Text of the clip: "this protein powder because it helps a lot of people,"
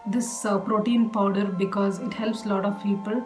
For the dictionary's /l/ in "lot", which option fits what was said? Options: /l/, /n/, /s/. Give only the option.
/l/